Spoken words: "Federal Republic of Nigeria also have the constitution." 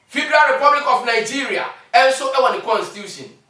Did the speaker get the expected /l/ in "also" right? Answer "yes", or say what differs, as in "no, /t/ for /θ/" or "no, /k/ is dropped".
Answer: no, /n/ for /l/